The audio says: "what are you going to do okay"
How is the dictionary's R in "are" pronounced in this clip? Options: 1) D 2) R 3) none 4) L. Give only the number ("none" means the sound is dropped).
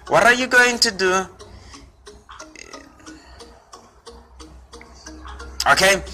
2